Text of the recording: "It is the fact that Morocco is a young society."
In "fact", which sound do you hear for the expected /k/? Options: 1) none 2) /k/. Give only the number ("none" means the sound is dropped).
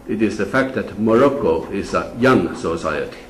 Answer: 2